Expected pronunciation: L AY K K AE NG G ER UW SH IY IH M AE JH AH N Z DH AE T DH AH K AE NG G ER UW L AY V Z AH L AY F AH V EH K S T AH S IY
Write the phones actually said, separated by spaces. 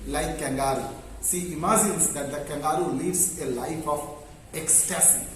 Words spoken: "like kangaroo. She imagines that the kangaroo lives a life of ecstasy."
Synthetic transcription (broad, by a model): L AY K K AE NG G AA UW S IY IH M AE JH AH N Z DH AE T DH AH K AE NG G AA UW L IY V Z AH L AY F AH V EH K S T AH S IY